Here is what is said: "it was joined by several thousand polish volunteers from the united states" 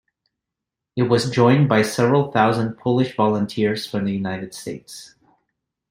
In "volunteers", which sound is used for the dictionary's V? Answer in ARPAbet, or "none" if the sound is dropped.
V